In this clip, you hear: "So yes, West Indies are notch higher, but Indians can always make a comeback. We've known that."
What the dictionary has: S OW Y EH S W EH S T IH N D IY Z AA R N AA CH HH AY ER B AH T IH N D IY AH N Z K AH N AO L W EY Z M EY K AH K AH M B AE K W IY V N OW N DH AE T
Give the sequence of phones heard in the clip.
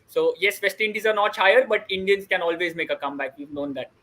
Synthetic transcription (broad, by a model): S OW Y EH S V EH S T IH N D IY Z AA R N AA CH AY ER B AH T IH N D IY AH N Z K AH N AO L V EY Z M EY K AH K AH M B AE K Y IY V N OW N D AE T